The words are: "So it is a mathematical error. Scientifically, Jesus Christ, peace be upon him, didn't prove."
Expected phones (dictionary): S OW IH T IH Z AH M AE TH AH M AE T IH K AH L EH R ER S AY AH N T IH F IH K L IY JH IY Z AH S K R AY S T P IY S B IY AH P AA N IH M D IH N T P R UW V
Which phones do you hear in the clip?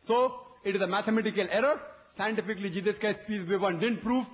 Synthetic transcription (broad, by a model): S OW IH T IH Z AH M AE T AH M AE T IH K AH L EH R ER S AY AH N T IH F IH K L IY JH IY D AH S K AY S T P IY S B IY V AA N D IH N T P R UW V